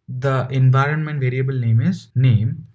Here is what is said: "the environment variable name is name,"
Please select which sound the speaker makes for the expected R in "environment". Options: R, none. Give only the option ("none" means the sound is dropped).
R